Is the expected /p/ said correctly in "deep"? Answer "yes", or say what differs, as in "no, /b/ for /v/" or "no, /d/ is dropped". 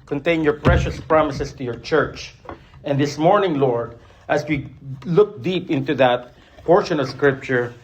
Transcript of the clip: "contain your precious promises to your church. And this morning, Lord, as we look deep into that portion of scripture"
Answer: yes